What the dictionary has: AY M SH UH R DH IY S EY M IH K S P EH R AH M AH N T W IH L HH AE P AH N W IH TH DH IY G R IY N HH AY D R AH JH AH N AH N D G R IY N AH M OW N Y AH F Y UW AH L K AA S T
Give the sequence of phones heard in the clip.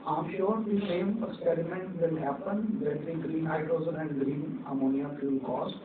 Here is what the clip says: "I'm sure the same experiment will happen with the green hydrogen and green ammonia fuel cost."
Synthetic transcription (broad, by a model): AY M SH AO R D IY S EY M IH K S P EH R AH M AH N T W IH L HH AE P AH N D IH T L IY G R IY N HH AY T R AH Z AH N AH N D G R IY N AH M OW N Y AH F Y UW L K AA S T